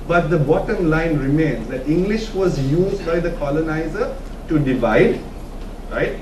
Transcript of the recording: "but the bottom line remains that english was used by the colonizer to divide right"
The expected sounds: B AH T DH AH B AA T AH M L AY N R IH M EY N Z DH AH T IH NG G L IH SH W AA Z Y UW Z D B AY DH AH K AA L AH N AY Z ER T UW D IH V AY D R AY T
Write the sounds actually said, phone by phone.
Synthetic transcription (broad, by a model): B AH T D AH B AA T AH M L AY N R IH M EY N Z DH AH T IH NG G L IH SH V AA Z Y UW Z D B AY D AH K AA L AH N AY Z ER T UW D IH V AY D R AY T